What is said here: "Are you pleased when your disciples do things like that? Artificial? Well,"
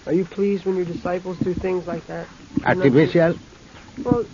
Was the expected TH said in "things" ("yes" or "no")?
yes